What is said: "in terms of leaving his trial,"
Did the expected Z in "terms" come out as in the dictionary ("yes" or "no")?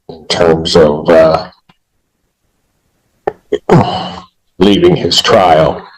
yes